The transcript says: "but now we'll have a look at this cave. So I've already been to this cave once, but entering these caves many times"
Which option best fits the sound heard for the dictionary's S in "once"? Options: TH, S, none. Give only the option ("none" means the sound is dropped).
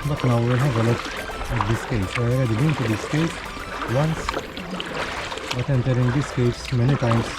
S